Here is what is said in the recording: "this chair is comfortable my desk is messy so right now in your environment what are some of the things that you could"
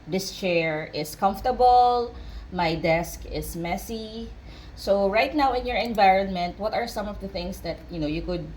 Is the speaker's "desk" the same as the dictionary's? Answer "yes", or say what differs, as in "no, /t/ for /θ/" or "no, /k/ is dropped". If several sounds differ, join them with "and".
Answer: yes